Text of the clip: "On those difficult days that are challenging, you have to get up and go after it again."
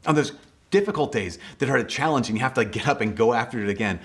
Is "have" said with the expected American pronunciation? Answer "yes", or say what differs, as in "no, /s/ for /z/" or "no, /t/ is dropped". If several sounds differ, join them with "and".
no, /f/ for /v/